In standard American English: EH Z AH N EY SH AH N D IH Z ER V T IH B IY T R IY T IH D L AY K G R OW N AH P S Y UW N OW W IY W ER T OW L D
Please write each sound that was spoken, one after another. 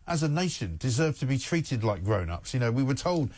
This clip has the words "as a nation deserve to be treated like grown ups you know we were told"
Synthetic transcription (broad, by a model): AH Z AH N EY SH AH N D IH Z ER V T IH B IY T R IY T IH D L AY K G R OW N AH P S Y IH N OW W IY W ER T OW L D